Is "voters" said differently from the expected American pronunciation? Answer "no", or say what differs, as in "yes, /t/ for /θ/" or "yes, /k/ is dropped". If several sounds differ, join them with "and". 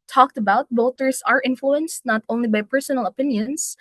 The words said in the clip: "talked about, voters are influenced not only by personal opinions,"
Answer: yes, /b/ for /v/